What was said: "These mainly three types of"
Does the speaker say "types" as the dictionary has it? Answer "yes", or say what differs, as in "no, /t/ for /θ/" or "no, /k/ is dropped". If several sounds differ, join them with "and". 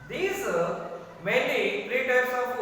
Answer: no, /p/ is dropped